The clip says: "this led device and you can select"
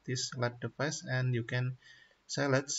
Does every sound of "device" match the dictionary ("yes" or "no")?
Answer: no